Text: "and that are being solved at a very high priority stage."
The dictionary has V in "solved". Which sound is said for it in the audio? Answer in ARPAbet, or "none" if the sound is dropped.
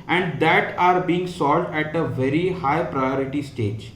none